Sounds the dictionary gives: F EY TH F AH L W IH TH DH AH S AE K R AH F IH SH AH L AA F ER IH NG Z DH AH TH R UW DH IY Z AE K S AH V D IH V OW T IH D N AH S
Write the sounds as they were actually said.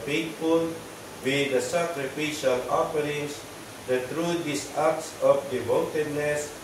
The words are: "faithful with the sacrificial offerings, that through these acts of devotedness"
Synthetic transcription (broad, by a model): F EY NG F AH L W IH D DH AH S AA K R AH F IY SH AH L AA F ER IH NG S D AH T R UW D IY S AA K S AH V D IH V OW T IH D N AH S